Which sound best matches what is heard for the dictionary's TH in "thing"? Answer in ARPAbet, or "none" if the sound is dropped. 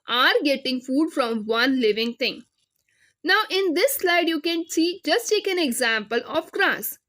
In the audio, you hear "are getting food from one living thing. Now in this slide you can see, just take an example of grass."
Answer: T